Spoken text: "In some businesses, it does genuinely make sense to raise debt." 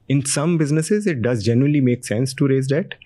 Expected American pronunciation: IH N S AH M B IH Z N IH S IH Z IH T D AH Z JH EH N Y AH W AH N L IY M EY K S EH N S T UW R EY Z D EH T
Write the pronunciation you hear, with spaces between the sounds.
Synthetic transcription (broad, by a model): IH N S AH M B IH Z N IH S IH Z IH T D AH Z JH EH N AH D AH L IY M EY K S EH N S T UW R EY Z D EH T